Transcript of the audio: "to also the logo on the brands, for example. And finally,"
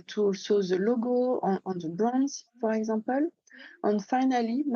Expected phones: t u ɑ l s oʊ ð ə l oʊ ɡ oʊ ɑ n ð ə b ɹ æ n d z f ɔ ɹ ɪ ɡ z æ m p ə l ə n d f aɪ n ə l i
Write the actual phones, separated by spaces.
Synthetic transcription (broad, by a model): t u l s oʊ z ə l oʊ ɡ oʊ ɑ n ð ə b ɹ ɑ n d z p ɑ ɹ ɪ ɡ z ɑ p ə l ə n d f aɪ n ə l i